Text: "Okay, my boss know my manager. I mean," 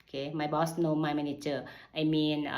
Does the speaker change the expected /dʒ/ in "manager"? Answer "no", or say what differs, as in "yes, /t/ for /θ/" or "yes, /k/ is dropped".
yes, /tʃ/ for /dʒ/